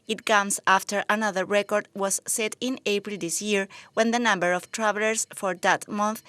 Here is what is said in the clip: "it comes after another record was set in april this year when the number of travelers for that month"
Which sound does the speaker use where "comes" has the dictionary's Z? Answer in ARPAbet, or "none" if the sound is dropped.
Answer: S